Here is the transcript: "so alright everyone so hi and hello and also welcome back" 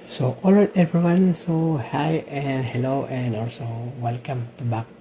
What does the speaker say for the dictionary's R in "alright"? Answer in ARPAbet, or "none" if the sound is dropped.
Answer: none